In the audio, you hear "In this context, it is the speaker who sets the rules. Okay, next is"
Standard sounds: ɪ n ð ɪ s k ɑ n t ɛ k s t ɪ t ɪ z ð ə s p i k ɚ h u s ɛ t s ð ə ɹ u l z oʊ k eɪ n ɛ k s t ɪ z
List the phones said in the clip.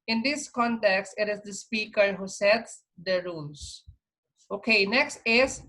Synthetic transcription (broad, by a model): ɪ n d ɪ s k ɑ n t ɛ k s t ɪ t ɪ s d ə s p i k ɚ h u s ɛ t s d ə ɹ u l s oʊ k eɪ n ɛ k s t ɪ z